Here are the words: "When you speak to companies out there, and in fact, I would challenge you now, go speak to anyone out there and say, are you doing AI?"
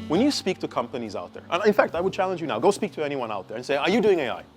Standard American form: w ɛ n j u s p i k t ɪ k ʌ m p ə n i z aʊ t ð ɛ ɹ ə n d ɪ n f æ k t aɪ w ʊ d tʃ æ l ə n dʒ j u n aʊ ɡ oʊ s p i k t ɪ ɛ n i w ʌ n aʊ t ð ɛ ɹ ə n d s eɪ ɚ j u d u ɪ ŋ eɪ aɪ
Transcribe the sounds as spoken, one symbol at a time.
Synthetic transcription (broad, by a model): w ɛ n j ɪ s p i k t ɪ k ʌ m p ə n i z aʊ t ð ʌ ɹ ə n ɪ n f æ k t aɪ w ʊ d tʃ æ l ə n dʒ j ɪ n aʊ ɡ oʊ s p i k t ɪ ɛ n i w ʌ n aʊ t ð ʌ ɹ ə n s eɪ ɚ j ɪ d u ɪ ŋ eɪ aɪ